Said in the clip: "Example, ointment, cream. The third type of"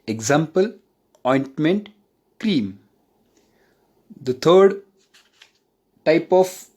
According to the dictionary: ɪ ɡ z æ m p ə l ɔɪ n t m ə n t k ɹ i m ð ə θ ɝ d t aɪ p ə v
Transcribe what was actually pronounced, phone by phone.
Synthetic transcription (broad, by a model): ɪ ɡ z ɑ m p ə l ɔɪ n t m ə n t k ɹ i m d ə t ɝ d t aɪ p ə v